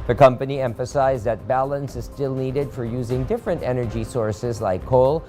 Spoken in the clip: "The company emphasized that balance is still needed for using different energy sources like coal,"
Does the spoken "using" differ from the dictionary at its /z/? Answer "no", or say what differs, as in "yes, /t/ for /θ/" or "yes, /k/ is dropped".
no